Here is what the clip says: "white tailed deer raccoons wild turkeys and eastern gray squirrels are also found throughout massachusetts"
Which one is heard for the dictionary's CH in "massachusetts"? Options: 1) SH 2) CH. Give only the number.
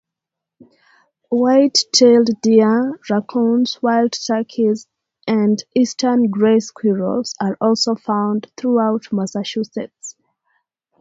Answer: 1